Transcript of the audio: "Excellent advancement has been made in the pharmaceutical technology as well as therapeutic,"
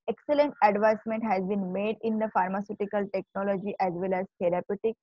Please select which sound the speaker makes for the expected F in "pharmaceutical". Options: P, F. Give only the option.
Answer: F